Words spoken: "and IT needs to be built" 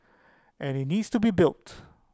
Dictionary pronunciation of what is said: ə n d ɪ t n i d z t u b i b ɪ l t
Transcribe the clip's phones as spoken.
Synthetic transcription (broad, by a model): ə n ɪ t n i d s t u b i b ɪ l t